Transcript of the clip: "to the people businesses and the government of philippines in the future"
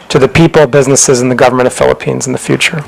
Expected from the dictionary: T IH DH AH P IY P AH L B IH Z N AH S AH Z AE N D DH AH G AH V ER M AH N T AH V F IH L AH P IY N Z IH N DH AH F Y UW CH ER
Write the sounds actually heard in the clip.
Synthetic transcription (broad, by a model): T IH DH AH P IY P L B IH Z N AH S AH Z N DH AH G AH V ER M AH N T AH V F IH L AH P IY N Z N DH AH F Y UW CH ER